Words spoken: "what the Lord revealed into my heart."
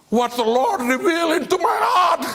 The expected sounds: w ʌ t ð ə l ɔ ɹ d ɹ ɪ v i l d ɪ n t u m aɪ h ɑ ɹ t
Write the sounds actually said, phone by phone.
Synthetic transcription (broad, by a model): w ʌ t ð ə l ɔ ɹ d ɹ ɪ v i l ɪ n t u m aɪ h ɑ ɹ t